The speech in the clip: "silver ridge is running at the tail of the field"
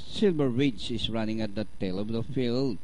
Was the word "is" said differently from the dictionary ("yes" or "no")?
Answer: yes